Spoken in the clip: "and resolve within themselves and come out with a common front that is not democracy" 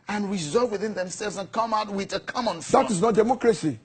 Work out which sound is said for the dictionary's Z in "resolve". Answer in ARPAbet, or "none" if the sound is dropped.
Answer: Z